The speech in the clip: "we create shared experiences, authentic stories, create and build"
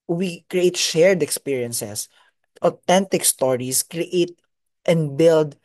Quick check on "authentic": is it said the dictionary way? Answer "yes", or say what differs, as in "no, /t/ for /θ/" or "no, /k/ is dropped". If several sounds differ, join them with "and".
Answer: no, /t/ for /θ/